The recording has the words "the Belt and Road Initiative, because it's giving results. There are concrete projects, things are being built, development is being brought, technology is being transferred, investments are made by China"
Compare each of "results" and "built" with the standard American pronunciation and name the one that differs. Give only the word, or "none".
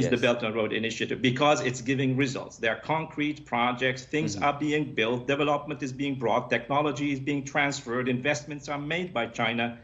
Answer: none